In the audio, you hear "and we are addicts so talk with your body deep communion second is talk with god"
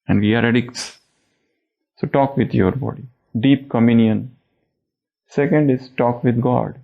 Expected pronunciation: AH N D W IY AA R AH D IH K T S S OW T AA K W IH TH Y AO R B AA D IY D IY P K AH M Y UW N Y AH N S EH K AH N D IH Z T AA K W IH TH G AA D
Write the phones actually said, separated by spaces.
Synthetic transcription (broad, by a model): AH N D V IY AA R AH D IH K T S S OW T AA K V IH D Y AO R B AA D IY D IY P K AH M Y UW N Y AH N S EH K AH N D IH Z T AA K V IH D G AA D